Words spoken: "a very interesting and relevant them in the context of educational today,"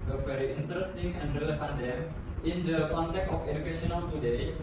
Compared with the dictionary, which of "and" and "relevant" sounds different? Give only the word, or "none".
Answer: relevant